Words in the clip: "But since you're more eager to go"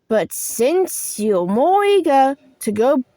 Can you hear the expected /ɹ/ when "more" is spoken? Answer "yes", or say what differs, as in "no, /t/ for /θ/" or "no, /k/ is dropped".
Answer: yes